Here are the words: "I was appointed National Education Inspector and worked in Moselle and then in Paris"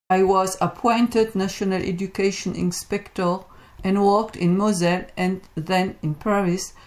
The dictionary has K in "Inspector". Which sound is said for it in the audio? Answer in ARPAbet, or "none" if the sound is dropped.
K